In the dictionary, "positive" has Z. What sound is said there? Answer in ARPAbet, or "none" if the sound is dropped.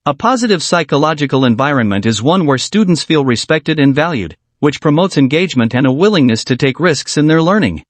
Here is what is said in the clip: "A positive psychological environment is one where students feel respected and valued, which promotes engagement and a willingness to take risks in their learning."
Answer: Z